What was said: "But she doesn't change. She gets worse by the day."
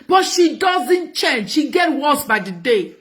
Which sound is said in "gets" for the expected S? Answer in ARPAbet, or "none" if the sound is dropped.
none